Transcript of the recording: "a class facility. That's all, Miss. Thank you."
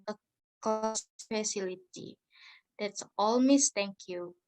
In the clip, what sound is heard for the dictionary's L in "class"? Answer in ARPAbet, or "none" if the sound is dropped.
none